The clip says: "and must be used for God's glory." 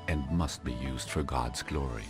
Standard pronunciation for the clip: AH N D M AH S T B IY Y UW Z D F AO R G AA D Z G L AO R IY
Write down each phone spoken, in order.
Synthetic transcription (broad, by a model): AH N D M AH S T B IY Y UW Z D F AO R G AA D Z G L AO R IY